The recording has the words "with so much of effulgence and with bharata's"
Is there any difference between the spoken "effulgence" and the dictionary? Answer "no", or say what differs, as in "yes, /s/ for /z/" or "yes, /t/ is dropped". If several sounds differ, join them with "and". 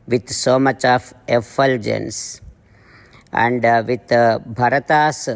no